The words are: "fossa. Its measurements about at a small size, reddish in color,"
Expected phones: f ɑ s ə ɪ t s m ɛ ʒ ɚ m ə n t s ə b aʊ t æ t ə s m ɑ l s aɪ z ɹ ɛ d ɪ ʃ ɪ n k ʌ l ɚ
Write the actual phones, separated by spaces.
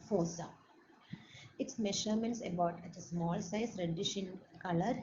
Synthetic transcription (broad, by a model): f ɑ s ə ɪ t s m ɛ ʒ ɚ m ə n t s ə b aʊ t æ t ə s m ɑ l s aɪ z ɹ ɛ d ɪ ʃ ɪ n k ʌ l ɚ